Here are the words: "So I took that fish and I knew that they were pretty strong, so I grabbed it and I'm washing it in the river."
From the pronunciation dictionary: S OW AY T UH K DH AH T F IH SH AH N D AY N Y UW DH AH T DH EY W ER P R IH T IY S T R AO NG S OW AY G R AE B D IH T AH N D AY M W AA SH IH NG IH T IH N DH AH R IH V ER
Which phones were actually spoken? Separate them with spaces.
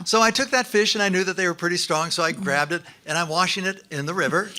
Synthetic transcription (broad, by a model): S OW AY T UH K DH AH T F IH SH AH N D AY N Y UW DH AH T DH EY W ER P R IH T IY S T R AO NG S OW AY G R AE B D IH T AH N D AY M W AA SH IH NG IH T IH N DH AH R IH V ER